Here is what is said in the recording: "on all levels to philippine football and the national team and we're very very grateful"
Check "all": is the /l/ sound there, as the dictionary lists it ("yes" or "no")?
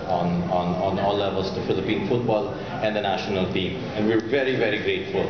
no